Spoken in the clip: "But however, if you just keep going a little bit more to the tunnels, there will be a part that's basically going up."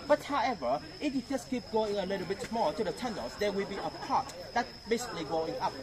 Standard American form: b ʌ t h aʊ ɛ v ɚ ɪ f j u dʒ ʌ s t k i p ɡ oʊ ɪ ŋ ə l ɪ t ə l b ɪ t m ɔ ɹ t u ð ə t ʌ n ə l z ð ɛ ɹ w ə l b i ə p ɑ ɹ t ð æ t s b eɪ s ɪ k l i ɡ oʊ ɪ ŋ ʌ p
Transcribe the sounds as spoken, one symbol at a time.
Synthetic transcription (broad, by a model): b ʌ t h aʊ ɛ v ɚ ɪ f j u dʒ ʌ s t k i p ɡ oʊ ɪ ŋ ə l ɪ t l b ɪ t m ɔ l t u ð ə t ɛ n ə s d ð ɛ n w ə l b i ə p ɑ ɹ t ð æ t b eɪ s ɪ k l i ɡ oʊ ɪ ŋ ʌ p